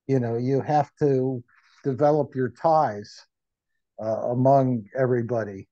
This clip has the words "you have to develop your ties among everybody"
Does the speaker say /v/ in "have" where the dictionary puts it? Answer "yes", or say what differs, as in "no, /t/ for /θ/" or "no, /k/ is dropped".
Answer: no, /f/ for /v/